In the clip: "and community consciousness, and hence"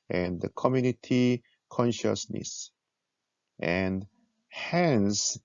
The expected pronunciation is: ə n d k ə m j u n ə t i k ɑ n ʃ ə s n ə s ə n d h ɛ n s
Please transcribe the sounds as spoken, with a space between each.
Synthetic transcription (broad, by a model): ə n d k ə m j u n ə t i k ɑ n ʃ ə s n ə s ə n d h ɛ n s